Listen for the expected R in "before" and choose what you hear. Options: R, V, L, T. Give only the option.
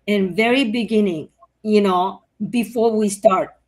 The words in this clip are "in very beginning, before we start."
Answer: R